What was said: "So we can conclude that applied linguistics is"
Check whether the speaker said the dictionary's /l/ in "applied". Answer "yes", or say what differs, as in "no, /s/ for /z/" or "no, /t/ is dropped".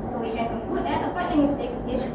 no, /l/ is dropped